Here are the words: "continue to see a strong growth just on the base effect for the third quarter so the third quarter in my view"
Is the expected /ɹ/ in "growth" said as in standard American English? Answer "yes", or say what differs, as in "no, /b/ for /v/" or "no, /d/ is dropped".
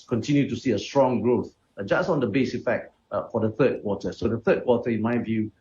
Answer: yes